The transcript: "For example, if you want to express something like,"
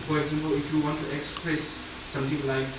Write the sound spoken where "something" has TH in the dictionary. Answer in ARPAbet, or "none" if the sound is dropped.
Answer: T